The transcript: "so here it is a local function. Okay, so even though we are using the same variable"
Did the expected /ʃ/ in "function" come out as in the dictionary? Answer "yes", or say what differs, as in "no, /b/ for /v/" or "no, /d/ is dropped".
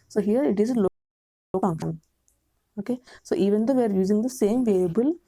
no, /ʃ/ is dropped